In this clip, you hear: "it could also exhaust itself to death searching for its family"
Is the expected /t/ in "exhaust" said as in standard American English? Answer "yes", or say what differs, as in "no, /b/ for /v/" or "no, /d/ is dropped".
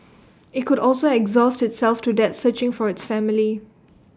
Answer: yes